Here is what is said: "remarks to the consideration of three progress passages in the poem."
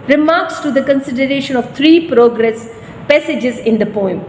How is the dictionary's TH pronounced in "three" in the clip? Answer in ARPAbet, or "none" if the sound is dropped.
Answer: T